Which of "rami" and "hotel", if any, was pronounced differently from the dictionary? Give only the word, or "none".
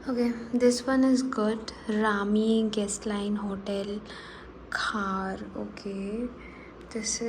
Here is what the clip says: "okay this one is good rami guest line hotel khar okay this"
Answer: none